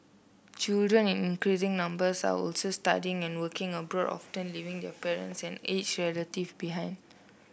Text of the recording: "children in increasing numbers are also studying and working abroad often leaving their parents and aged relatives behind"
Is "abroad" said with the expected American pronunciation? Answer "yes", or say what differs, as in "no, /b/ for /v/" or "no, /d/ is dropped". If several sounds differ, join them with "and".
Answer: yes